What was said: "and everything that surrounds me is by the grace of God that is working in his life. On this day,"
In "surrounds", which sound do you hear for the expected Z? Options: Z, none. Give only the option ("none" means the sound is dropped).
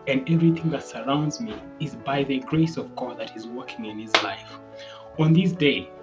Z